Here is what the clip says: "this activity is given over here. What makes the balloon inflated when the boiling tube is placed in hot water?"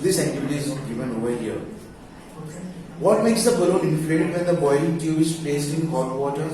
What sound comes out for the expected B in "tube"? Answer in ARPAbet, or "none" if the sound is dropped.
none